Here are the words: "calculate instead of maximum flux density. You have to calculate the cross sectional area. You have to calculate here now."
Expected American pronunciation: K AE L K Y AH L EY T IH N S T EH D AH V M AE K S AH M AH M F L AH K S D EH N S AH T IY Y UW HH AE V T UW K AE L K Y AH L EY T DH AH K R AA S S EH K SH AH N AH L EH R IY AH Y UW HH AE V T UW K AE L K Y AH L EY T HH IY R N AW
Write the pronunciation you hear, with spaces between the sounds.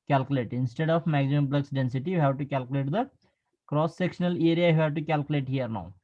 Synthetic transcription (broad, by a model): K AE L K Y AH L EY T IH N S T EH D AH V M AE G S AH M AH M P L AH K S D EH N S AH T IY Y UW HH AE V T UW K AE L K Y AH L EY T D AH K R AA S S EH K SH AH N AH L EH R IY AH Y UW HH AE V T UW K AE L K Y AH L EY T HH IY R N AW